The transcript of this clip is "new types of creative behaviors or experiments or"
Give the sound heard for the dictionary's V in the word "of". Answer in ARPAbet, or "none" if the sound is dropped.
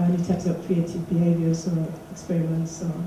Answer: P